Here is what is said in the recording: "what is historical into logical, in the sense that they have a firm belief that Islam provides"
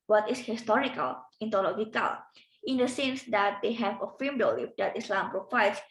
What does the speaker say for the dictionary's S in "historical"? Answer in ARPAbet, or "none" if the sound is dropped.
S